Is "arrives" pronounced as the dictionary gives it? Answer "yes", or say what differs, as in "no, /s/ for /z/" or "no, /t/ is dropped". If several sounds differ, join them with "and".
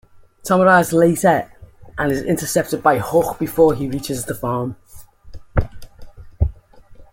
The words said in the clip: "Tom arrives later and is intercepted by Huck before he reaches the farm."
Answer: no, /v/ is dropped